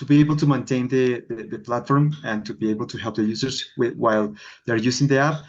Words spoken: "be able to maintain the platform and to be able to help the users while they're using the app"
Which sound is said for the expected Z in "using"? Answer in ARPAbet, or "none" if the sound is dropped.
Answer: S